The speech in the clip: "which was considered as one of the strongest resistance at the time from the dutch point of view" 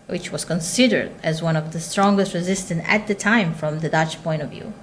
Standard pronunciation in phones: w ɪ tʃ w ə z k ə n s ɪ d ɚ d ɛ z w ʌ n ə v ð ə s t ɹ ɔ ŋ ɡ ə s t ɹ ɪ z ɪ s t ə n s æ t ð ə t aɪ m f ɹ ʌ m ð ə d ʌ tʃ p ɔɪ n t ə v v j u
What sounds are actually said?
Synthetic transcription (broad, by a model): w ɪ tʃ w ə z k ə n s ɪ d ɚ d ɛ z w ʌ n ə v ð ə s t ɹ ɔ ŋ ɡ ə s t ɹ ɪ z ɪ s t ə n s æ t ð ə t aɪ m f ɹ ʌ m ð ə d ʌ tʃ p ɔɪ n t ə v v j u